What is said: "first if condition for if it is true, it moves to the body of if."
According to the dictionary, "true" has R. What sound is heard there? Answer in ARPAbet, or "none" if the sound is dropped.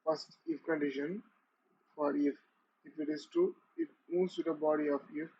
none